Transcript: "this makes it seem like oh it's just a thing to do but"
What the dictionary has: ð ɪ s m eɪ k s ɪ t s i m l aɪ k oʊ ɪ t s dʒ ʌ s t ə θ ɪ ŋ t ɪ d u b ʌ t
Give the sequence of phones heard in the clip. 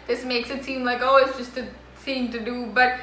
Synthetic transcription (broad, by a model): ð ɪ s m eɪ k s ɪ t s i m l aɪ k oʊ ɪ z dʒ ʌ s t ə s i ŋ t ɪ d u b ʌ t